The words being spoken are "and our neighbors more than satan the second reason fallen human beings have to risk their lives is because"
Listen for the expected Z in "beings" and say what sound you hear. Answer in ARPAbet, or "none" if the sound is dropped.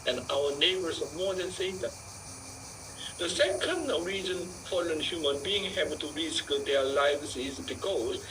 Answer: none